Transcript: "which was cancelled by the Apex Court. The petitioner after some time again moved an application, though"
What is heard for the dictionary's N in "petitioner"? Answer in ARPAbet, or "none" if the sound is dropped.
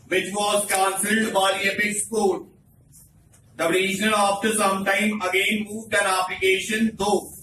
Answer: L